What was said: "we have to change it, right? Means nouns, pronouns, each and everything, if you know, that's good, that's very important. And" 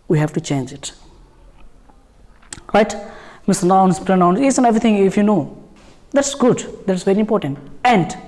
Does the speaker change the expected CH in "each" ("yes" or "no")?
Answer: yes